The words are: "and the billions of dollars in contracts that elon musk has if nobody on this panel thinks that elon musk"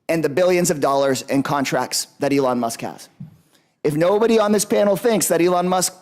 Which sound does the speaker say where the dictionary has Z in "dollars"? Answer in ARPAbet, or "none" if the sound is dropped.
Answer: Z